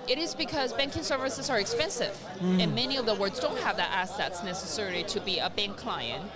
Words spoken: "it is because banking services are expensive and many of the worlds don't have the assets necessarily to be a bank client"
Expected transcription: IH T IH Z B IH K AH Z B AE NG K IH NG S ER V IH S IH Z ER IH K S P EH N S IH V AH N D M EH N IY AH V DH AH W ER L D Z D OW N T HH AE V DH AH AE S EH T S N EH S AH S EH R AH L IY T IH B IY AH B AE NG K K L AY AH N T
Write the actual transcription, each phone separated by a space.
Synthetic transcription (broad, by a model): IH T IH Z B IH K AH Z B AE NG K IH NG S ER V IH S IH Z ER IH K S P EH N S IH V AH N M EH N IY AH V DH AH W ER D Z D OW N T HH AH V DH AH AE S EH T S N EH S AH S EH R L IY T IH B IY AH B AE NG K K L AY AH N T